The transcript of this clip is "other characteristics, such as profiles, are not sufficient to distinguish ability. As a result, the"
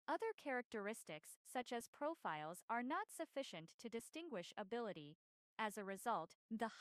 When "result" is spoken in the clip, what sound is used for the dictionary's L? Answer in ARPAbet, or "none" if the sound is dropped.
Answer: L